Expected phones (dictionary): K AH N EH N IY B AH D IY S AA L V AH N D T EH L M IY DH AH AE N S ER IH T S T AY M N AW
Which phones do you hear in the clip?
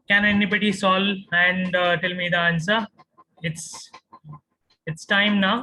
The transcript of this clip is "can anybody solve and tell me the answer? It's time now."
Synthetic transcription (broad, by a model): K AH N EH N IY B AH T IY S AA L AH N D T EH L M IY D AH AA N S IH IH T S T AY M N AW